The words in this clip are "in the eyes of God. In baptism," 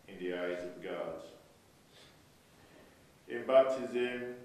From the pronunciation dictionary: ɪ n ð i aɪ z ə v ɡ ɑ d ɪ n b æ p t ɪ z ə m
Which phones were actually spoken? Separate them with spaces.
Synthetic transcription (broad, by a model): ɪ n ð i aɪ z ə v ɡ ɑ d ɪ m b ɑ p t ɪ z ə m